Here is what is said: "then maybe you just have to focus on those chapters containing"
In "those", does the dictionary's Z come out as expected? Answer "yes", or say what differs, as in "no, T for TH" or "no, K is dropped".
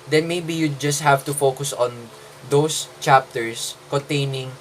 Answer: no, S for Z